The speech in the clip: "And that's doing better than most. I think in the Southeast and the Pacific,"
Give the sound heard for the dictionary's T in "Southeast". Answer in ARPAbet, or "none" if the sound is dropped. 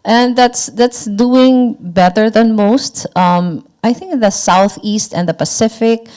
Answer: T